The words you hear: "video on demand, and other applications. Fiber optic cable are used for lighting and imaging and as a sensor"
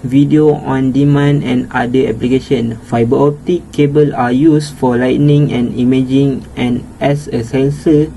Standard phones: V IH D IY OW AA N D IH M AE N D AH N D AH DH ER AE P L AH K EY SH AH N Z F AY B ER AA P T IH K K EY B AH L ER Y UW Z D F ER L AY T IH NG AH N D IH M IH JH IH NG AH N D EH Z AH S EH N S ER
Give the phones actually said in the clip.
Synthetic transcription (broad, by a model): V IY D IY OW AA N D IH M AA N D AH N D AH ER P L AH K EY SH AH N F AY B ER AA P T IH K K EY B AH L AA Y UW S F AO L AY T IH NG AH N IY M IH JH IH NG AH N EH S AH S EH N S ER